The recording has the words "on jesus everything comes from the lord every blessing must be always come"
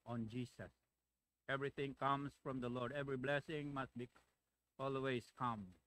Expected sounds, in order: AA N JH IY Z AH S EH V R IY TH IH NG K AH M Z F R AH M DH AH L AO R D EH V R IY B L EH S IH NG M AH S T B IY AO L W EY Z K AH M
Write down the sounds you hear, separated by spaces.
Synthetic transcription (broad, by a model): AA N JH IY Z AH S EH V R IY T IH NG K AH M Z F R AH M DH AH L AO R D EH V R IY B L EH S IH NG M AH S T B IY AO L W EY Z K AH M